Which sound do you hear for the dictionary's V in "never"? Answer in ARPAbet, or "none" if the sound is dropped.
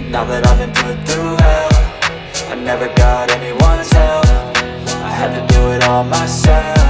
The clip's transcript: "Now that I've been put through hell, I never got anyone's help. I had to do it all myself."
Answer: V